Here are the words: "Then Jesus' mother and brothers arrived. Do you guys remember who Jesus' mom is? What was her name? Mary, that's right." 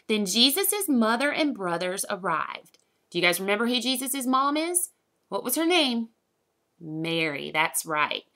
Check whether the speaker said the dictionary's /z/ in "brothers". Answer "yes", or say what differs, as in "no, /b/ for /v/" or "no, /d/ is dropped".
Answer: yes